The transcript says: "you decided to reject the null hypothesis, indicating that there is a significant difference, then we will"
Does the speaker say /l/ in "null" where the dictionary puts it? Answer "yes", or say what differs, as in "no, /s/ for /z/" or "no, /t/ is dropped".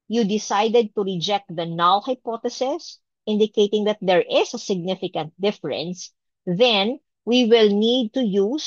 no, /w/ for /l/